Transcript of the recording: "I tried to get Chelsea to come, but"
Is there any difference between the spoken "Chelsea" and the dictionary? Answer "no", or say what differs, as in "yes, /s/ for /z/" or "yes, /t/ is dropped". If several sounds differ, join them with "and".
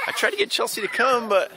no